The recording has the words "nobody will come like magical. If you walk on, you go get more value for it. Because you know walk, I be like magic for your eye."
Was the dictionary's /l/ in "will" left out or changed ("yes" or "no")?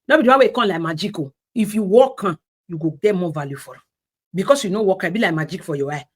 yes